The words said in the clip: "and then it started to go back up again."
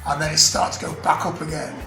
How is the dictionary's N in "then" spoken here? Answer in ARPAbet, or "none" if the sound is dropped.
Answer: none